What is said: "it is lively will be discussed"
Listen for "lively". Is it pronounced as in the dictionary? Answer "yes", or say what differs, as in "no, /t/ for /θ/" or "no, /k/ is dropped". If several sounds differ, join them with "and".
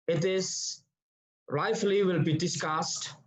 no, /f/ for /v/